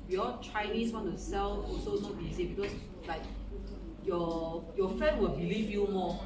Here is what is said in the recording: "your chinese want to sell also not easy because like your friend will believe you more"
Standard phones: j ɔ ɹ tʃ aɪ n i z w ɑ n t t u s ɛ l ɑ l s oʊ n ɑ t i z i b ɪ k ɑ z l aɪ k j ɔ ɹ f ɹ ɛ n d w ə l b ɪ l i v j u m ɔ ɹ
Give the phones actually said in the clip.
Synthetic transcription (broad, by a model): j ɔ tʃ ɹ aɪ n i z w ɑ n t t u s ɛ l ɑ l s oʊ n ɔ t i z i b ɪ k ɑ s l aɪ k j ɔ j f ɛ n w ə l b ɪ l i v j u m ɔ